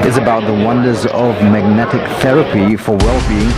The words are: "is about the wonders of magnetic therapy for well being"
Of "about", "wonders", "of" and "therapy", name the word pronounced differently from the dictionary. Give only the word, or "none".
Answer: none